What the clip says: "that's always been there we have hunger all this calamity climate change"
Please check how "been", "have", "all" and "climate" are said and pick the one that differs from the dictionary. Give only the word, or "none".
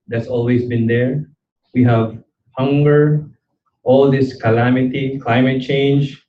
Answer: none